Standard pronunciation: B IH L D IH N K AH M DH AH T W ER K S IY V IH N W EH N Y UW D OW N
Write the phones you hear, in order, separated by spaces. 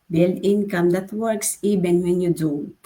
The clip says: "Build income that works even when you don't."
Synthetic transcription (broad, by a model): B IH L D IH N K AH M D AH T W ER K S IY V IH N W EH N Y UW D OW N